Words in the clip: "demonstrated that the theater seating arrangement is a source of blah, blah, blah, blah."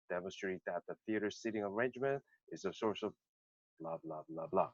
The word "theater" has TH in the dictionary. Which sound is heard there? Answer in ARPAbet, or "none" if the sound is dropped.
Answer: TH